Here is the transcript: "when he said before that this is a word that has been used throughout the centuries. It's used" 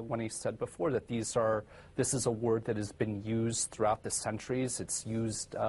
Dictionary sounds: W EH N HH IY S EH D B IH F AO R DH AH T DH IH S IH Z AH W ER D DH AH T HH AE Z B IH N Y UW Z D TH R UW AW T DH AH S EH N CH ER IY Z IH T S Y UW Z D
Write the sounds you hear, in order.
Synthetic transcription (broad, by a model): W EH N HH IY S EH D B IH F AO R DH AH T DH IH S IH Z AH W ER D DH AH T HH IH Z B IH N Y UW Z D TH R UW AW T DH AH S EH N CH ER IY Z IH T S Y UW Z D